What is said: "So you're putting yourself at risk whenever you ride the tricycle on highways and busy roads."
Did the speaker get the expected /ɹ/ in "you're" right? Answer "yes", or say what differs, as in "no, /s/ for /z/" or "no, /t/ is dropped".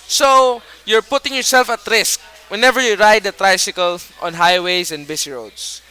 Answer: yes